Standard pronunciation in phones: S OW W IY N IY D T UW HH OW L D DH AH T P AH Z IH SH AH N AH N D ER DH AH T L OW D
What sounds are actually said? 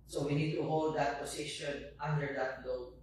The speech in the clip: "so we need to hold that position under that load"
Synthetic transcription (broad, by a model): S OW W IY N IY D T UW HH OW L D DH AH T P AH S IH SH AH N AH N D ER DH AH T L OW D